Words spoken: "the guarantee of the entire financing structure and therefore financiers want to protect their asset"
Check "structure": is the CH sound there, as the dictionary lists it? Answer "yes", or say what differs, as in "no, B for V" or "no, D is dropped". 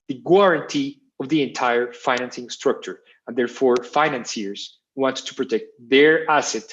yes